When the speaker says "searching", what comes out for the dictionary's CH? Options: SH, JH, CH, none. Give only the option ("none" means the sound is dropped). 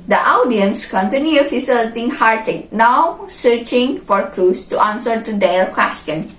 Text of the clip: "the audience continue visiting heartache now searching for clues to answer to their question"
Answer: CH